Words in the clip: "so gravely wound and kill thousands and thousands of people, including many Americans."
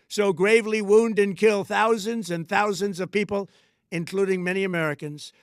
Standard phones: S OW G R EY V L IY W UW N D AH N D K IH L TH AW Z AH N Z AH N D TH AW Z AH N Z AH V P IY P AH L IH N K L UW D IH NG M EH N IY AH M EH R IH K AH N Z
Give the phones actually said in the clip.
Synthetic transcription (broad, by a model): S OW G R EY V L IY W UW N D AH N K IH L TH AW Z AH N Z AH N TH AW Z AH N Z AH V P IY P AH L IH N K L UW D IH NG M EH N IY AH M EH R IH K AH N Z